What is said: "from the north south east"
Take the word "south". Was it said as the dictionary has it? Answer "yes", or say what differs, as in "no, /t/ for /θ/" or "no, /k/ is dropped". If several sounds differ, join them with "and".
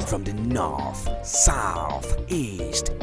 yes